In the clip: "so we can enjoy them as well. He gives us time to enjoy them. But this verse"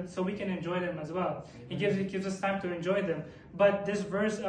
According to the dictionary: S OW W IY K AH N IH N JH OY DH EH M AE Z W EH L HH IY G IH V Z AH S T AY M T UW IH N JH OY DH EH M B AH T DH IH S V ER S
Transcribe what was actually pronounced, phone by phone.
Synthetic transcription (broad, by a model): S OW W IY K AH N IH N JH OY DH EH M AE Z W EH L HH IY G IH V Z AH S T AY M T UW IH N JH OY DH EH M B AH T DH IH S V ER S